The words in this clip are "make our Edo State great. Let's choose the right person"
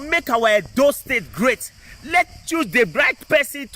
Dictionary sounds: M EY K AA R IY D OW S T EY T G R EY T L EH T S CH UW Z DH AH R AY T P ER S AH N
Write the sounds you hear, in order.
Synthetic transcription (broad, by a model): M EY K AA W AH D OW S T EY T G R EY T L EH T CH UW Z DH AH R AY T P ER S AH N